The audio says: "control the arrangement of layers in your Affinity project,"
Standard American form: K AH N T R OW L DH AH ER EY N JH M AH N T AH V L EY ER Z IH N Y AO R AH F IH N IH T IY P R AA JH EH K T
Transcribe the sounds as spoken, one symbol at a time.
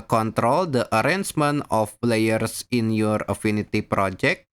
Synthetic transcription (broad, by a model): K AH N T R OW L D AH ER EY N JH M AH N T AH P L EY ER S IH N Y AO R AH F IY N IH T IY P R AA JH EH K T